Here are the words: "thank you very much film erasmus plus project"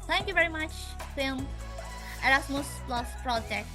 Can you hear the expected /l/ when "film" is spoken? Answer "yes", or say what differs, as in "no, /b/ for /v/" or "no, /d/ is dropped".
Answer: no, /l/ is dropped